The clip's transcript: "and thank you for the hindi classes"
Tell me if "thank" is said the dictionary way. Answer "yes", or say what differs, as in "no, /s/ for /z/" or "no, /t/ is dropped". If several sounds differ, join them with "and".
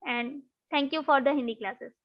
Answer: no, /t/ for /θ/